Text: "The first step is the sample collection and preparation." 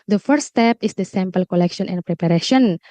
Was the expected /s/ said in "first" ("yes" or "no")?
no